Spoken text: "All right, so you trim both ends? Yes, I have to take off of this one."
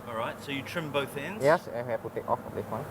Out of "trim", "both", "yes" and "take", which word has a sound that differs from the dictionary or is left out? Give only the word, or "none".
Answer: none